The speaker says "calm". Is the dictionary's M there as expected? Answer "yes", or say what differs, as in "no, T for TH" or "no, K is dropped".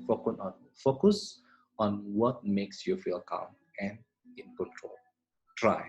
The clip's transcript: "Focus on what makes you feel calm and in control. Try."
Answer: yes